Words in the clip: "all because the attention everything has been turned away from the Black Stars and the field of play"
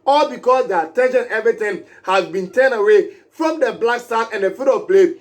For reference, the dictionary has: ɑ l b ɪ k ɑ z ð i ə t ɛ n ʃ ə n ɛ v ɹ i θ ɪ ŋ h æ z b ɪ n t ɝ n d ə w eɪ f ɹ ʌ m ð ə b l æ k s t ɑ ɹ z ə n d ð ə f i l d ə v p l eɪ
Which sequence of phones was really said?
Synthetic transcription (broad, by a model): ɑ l b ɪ k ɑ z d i ə t ɛ n ʃ ə n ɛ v ɹ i t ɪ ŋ h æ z b ɪ n t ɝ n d ə w eɪ f ɹ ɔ m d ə b l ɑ k s t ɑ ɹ ə n d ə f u d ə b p l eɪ